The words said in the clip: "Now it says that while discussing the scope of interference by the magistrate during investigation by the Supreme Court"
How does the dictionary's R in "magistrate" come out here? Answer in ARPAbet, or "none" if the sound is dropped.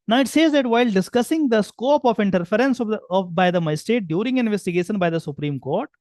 none